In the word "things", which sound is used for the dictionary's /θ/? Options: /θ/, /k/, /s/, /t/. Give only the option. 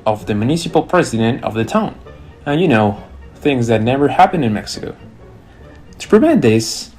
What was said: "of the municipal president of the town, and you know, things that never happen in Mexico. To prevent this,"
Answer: /θ/